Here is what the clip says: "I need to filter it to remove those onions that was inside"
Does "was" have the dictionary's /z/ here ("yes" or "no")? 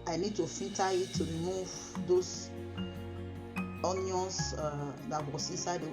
no